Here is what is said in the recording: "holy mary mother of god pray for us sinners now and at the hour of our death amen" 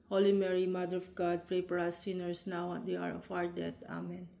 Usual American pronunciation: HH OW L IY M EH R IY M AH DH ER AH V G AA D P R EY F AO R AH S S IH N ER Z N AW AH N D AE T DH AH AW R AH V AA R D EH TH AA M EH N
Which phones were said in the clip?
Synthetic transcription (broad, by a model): HH OW L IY M EH R IY M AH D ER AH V G AA D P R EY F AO R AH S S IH N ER S N AW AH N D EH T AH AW R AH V AA R D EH T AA M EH N